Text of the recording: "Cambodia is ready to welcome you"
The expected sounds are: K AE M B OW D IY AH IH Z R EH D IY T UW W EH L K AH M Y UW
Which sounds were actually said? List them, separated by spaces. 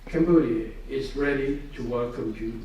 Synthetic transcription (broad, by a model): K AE M B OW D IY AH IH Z R EH D IY T UW W EH L K AH M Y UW